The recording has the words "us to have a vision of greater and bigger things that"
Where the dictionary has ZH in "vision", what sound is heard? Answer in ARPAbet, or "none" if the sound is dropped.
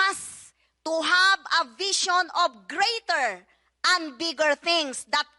SH